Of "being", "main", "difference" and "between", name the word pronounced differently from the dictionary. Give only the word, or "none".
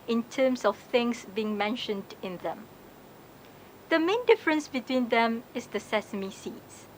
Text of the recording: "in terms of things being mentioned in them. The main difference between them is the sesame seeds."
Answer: none